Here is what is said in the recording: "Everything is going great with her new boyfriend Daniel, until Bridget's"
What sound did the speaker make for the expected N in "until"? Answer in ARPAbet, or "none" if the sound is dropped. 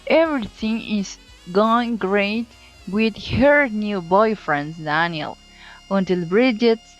N